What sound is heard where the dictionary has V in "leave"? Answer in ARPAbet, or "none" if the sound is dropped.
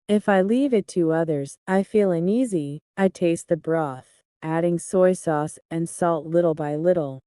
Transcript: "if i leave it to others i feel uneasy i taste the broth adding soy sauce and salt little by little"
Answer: V